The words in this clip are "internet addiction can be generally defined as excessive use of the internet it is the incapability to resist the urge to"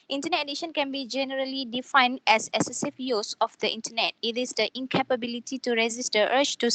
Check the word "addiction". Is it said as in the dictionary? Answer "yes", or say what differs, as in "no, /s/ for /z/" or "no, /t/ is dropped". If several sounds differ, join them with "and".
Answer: no, /k/ is dropped